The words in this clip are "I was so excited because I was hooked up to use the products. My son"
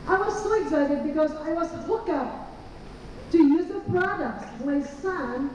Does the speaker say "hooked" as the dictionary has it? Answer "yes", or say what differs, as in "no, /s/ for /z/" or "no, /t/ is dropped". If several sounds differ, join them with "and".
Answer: no, /t/ is dropped